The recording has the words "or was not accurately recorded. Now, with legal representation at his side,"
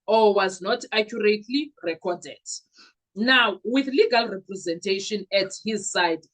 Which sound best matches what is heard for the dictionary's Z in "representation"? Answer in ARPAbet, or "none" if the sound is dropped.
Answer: Z